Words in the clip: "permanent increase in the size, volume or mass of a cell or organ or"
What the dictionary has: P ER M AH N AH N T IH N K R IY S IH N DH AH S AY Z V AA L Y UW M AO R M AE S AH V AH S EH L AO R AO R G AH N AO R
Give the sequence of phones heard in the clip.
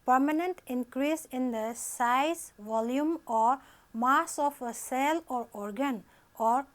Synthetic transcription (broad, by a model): P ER M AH N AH N T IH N K R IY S IH N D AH S AY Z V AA L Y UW M AO R M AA S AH P AH S EH L AO R AO R G AH N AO R